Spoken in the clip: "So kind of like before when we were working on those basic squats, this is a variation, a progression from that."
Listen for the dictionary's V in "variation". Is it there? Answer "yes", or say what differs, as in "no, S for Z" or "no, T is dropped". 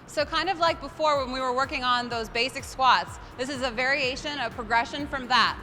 yes